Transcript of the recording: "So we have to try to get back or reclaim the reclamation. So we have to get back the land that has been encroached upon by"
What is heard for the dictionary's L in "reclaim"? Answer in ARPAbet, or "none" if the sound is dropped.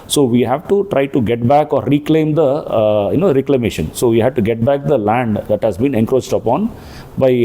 L